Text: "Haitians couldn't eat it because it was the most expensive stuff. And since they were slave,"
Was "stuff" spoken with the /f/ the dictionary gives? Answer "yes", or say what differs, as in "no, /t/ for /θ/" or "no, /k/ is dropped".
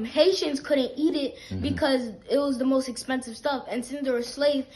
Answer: yes